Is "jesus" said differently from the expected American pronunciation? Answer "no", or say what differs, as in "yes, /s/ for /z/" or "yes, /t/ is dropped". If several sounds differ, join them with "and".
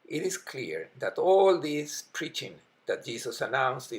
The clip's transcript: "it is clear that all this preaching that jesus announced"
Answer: yes, /s/ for /z/